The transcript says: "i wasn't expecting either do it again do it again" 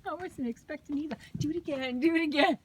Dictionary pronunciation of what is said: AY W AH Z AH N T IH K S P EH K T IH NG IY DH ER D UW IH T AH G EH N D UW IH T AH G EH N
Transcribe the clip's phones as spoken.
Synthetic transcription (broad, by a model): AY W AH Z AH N IH K S P EH K T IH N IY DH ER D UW IH T AH G EH N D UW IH T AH G EH N